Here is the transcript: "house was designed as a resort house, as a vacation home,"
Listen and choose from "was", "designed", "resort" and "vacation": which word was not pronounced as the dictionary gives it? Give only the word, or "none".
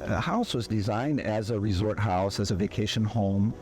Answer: none